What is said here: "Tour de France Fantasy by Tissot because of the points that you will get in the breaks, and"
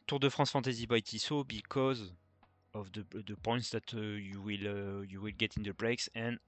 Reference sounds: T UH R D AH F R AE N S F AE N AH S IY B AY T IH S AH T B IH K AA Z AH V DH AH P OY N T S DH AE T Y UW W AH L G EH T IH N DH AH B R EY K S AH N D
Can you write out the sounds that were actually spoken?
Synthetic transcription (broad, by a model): T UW R D AH F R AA S F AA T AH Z IY B AY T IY S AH B IH K AA Z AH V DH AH P OY N T S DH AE T Y UW W AH L G EH T IH N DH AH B R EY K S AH N